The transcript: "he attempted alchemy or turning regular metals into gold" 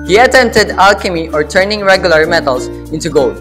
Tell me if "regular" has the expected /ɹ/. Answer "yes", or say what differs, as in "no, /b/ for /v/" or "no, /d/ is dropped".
yes